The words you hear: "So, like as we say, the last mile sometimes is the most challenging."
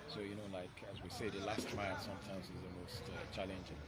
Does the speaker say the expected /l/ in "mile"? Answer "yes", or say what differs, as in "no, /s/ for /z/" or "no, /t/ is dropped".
no, /n/ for /l/